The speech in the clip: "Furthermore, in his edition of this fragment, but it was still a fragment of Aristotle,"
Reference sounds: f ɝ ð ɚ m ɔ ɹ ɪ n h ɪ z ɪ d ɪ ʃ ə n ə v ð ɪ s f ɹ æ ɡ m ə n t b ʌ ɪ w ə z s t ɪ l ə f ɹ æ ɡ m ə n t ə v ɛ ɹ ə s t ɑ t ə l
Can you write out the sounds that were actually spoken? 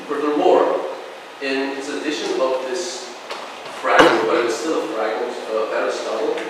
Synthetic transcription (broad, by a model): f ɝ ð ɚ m ɔ ɹ ɪ n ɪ s ɪ d ɪ ʃ ə n ə v ð ɪ s f ɹ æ ɡ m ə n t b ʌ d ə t s t ɪ l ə f ɹ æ ɡ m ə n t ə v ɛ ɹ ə s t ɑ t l